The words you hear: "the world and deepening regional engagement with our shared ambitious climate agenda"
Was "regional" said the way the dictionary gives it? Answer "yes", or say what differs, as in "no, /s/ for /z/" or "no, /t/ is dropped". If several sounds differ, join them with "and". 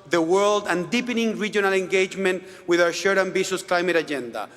yes